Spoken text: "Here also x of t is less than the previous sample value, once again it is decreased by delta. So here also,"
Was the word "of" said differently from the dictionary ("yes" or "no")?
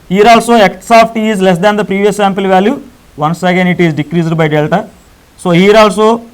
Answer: yes